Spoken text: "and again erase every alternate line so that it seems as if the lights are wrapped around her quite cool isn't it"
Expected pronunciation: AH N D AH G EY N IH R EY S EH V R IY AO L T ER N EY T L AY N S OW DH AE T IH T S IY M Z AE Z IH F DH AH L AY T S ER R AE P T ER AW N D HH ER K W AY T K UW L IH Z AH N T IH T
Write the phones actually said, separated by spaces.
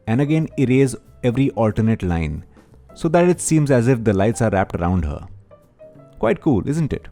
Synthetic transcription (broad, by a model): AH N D AH G EY N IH R EY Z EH V R IY AO L T ER N EY T L AY N S OW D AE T IH T S IY M Z AE Z IH F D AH L AY T S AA R AE P T ER AW N D HH ER K W AY T K UW L IH Z AH N T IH T